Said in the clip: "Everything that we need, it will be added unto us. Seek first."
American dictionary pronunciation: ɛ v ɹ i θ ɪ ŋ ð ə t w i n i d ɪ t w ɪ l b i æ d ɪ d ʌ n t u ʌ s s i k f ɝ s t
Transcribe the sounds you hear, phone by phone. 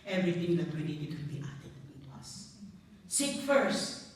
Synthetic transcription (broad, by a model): ɛ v ɹ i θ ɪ ŋ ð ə t w i n i d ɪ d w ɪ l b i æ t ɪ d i t ʌ s s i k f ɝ s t